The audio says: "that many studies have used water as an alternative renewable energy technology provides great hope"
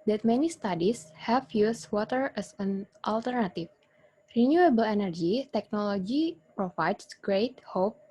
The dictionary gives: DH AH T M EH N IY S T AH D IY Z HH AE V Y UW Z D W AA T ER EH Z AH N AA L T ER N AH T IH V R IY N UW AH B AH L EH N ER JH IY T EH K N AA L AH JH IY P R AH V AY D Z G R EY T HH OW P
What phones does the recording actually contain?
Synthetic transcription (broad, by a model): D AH T M EH N IY S T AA D IY S HH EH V Y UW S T W AA T ER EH S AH N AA L T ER N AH T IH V R IY N UW AH B AH L EH N ER JH IY T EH K N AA L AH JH IY P R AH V AY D S G R EY T HH OW P